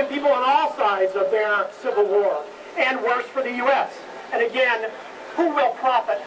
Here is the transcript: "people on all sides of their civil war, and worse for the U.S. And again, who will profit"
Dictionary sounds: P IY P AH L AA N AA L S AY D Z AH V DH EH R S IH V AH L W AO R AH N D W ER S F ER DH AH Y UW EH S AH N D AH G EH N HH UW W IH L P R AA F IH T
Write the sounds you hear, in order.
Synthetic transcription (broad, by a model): P IY P L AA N AA L S AY D Z AH V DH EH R S IH V L W AO R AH N W ER S F ER DH AH Y UW EH S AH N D AH G EH N HH UW W IH L P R AA F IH T